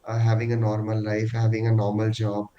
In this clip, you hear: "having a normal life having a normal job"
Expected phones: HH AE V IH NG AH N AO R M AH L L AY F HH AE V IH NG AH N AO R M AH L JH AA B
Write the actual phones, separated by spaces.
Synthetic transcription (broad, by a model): HH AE V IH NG AH N AO R M AH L L AY F HH AE V IH NG AH N AO R M AH L JH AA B